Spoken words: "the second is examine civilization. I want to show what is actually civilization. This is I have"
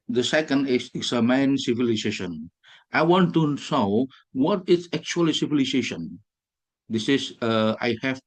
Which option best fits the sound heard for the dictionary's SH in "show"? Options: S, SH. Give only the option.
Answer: S